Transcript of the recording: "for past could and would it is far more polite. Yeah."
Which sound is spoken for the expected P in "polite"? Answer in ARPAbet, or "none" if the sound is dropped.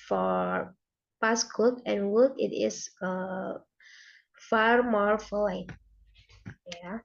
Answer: F